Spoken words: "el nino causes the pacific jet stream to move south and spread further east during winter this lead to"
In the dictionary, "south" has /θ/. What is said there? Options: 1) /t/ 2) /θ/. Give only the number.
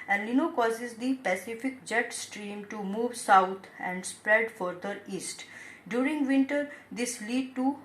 1